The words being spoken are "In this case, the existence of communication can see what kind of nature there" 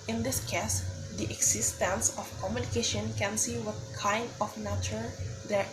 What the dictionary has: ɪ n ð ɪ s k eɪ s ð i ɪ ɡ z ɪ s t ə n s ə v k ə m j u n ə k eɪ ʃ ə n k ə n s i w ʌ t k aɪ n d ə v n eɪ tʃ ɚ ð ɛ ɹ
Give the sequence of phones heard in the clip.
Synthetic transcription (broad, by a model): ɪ n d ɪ s k eɪ s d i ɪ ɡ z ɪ s t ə n s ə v k ə m j u n ə k eɪ ʃ ə n k ə n s i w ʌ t k aɪ n d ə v n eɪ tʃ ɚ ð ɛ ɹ